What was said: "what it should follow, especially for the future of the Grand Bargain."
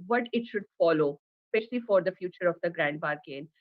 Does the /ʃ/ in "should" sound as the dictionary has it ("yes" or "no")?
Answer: yes